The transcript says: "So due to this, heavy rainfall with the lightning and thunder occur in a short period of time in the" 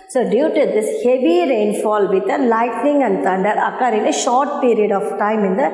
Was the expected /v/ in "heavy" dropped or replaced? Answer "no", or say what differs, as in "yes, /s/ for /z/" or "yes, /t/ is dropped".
no